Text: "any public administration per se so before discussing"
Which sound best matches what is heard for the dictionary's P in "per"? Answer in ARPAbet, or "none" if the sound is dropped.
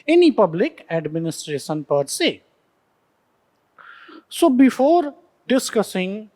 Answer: P